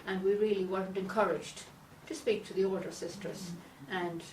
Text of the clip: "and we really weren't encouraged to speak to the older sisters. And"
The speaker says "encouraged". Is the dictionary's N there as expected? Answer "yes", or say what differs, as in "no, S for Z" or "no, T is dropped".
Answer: yes